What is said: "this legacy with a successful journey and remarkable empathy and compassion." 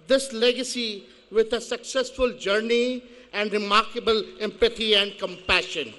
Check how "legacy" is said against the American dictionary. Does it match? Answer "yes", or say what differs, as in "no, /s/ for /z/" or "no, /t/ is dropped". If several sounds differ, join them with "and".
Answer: yes